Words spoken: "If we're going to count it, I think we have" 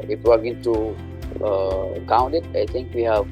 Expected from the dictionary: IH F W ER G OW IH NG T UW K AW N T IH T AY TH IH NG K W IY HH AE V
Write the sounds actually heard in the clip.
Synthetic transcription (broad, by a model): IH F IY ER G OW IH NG T UW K AW N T IH T AY T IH NG K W IY HH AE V